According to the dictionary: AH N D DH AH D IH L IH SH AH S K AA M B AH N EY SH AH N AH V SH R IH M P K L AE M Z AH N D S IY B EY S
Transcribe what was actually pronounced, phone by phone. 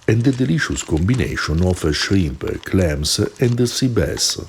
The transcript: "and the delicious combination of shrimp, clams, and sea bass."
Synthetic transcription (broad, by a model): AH N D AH D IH L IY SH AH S K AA M B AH N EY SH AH N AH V SH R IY M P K L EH M S AH N D S IY B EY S